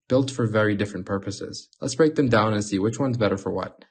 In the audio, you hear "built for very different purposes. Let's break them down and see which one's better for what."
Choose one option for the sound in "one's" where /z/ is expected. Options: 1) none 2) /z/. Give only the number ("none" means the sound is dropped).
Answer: 2